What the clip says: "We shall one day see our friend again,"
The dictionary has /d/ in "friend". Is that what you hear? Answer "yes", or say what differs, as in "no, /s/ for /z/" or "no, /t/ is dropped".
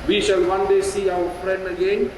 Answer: yes